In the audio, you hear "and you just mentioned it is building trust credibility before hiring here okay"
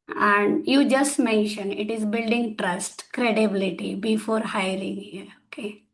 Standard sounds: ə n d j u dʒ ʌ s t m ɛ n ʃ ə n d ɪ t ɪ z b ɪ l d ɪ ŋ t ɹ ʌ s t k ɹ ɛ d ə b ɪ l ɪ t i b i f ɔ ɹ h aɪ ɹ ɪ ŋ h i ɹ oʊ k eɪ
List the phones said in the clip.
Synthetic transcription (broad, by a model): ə n d j u dʒ ʌ s t m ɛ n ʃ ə n ɪ t ɪ z b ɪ l d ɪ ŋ t ɹ ʌ s t k ɹ ɛ d ə b ɪ l ɪ t i b i f ɔ ɹ h aɪ ɹ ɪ ŋ h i ɹ oʊ k eɪ